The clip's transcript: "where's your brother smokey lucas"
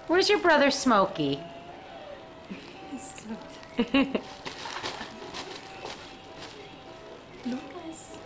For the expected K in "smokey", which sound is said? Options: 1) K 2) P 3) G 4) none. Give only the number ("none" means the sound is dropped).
4